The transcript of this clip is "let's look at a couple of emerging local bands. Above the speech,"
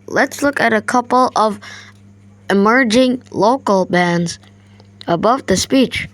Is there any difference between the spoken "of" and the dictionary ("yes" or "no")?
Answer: no